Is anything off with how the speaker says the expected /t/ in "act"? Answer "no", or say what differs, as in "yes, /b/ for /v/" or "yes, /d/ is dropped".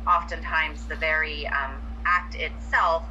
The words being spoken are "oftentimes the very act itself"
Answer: no